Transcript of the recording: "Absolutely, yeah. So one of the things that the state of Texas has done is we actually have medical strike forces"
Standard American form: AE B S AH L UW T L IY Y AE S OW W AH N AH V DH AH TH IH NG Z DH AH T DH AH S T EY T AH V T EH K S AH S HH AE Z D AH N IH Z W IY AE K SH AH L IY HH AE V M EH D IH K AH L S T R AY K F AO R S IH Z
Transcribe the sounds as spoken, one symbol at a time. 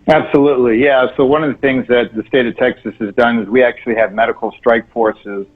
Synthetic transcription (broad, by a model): AE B S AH L UW T L IY Y AE S OW W AH N AH V DH AH TH IH NG Z DH AH T DH AH S T EY T AH V T EH K S AH S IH Z D AH N IH Z W IY AE K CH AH L IY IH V M EH D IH K L S T R AY K F AO R S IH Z